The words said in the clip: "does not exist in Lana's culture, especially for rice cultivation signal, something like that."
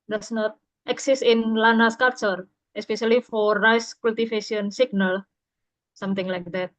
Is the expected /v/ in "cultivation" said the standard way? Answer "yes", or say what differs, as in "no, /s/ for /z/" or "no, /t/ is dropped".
no, /f/ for /v/